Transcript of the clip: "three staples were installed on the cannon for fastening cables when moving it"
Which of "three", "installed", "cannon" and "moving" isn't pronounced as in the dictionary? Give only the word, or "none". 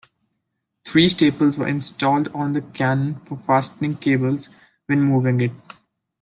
three